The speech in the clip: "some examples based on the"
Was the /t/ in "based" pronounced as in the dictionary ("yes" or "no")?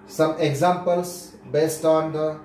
yes